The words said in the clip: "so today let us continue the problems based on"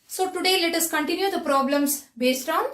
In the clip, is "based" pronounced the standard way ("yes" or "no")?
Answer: yes